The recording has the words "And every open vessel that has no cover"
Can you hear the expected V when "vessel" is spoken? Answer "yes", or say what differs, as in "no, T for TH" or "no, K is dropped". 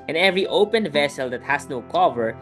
yes